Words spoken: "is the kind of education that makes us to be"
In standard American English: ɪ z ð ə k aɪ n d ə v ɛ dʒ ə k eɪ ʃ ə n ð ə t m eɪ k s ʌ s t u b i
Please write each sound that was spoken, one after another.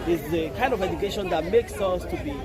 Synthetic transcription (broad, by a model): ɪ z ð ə k aɪ n d ə v ɛ dʒ ə k eɪ ʃ ə n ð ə t m eɪ k s ʌ s t u b i